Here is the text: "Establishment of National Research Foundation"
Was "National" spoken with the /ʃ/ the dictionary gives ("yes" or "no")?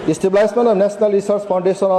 no